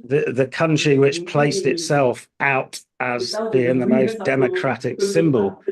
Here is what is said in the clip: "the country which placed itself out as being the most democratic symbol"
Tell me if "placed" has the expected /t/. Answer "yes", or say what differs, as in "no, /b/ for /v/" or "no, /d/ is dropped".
yes